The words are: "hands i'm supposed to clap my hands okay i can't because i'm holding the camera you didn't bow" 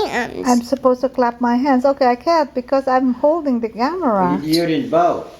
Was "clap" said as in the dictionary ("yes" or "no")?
yes